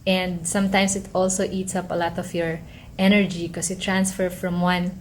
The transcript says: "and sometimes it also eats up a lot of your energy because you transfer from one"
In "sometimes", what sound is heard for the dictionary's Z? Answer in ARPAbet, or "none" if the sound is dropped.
S